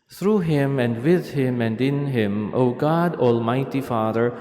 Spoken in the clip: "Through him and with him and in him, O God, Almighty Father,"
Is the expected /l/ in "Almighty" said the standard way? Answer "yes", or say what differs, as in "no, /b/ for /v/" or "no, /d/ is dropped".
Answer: yes